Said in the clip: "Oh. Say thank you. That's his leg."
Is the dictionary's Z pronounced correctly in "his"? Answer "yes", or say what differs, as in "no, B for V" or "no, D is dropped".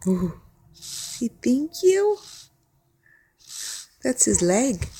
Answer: yes